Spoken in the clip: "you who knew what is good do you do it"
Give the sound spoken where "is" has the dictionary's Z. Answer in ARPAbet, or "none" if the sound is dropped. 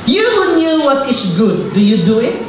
S